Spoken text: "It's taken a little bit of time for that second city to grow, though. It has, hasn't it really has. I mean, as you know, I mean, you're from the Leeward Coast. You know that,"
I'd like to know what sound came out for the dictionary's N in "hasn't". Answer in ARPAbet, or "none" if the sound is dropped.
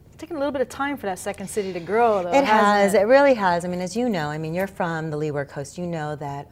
none